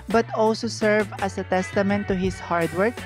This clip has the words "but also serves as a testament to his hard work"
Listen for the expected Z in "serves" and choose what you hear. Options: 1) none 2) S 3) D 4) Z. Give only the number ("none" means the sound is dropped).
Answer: 1